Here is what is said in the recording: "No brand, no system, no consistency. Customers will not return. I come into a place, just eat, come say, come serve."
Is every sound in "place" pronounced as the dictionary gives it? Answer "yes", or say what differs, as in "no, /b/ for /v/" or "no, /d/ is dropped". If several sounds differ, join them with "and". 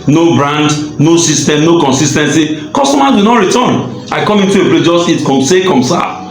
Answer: no, /s/ is dropped